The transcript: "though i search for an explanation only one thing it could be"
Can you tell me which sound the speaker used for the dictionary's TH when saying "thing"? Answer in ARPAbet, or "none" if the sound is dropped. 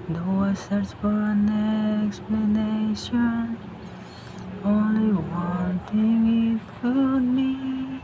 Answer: T